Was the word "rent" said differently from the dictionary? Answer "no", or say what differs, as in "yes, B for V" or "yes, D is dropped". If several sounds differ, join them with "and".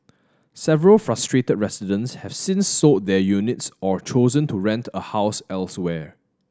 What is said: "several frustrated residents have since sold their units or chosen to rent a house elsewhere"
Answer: no